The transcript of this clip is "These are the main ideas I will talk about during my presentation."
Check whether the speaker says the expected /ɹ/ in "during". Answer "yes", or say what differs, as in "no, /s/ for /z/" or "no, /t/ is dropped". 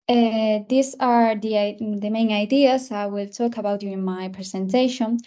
no, /ɹ/ is dropped